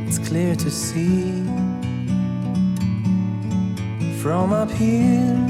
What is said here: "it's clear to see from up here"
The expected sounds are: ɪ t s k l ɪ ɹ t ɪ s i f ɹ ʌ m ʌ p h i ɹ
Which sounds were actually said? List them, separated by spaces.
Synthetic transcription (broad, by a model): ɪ t s k l ɪ ɹ t ɪ s i f ɹ ʌ m ʌ p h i